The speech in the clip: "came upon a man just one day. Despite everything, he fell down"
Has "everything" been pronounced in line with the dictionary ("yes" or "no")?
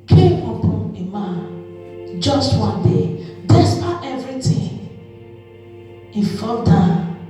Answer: no